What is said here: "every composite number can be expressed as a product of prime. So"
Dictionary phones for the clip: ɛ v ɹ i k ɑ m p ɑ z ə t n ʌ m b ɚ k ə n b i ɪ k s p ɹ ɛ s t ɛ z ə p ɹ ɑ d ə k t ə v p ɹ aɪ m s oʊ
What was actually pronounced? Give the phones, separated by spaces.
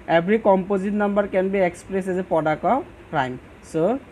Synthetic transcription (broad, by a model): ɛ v ɹ i k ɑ m p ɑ z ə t n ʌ m b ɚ k ə n b i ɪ k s p ɹ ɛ s ɛ z ə p ɹ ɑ d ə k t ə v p ɹ aɪ m s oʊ